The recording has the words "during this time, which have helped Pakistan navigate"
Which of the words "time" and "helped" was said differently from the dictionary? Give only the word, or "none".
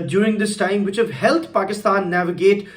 helped